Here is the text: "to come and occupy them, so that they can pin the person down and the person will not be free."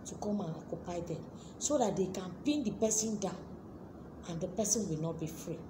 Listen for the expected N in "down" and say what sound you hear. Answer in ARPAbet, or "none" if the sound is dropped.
none